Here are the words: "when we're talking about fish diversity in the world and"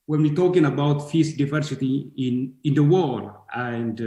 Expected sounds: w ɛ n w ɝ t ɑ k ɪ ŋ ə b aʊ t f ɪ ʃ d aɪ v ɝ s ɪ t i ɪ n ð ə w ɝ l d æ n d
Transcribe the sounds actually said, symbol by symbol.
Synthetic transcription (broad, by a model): w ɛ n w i t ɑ k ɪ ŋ ə b aʊ t f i s d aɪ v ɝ s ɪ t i ɪ n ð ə w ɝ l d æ n d